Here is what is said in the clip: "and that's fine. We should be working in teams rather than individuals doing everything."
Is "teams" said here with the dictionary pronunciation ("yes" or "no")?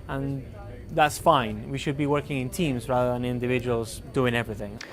yes